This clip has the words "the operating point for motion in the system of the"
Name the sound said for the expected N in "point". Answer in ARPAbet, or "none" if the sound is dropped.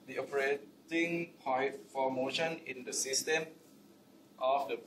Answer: none